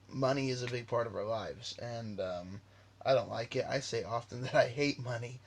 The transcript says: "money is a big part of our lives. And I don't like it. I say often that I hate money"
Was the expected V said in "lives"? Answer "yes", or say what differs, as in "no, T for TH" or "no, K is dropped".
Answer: yes